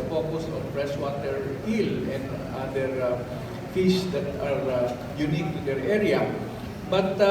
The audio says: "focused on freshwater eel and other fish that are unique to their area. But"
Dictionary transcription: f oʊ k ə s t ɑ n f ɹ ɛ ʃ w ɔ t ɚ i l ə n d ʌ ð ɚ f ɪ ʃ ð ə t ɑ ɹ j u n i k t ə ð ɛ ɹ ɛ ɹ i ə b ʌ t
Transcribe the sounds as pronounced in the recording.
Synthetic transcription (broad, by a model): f oʊ k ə s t ɑ n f ɹ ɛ s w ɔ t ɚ i l ə n d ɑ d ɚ f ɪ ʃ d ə t ɑ ɹ j u n i k t ə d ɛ ɹ ɛ ɹ i ə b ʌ t